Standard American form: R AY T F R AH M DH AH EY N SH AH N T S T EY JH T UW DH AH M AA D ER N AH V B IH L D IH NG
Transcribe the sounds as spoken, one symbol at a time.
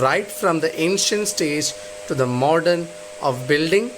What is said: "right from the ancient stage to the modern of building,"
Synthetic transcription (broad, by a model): R AY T F R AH M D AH EY N SH AH N T S T EY JH T UW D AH M AA D ER N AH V B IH L D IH NG